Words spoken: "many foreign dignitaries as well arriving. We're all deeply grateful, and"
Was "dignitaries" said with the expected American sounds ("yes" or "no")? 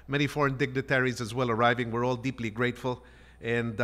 yes